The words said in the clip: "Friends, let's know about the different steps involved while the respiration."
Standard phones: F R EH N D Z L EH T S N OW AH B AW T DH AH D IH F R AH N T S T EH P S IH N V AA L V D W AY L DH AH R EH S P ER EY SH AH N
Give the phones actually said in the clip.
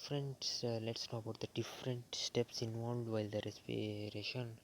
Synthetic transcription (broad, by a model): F R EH N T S L EH T S N OW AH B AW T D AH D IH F R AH N T S T EH P S IH N V AA L V D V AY L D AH R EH S P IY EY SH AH N